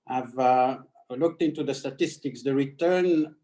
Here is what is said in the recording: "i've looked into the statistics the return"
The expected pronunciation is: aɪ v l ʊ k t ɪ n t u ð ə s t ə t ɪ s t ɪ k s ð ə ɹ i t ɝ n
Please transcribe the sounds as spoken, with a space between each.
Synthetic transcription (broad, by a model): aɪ v l ʊ k t ɪ n t u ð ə s t ə t ɪ s t ɪ k s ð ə ɹ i t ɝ n